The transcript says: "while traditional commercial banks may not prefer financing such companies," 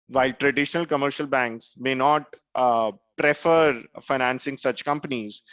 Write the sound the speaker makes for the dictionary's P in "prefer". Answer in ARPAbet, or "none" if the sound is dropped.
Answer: P